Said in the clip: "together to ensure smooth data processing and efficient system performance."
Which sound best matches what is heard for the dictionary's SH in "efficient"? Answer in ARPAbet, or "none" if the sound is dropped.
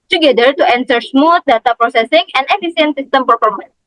S